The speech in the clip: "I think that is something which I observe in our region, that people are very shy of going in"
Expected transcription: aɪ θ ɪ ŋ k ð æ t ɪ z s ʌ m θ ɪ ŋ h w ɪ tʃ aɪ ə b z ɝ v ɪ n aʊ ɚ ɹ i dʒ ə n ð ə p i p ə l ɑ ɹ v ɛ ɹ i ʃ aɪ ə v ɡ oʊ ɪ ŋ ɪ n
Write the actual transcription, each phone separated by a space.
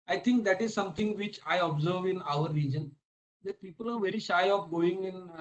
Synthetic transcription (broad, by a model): aɪ t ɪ ŋ k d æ t ɪ z s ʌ m t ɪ ŋ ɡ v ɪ tʃ aɪ ə b z ɝ v ɪ n aʊ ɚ ɹ i dʒ ə n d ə p i p ə l ɑ ɹ v ɛ ɹ i ʃ aɪ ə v ɡ oʊ ɪ ŋ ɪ n